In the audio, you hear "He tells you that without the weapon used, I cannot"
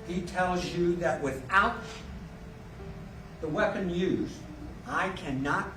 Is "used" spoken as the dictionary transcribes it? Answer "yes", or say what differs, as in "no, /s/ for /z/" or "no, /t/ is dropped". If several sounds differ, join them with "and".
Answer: no, /d/ is dropped